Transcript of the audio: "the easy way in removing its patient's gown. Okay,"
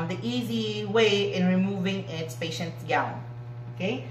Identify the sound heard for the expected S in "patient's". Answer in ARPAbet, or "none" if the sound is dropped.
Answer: none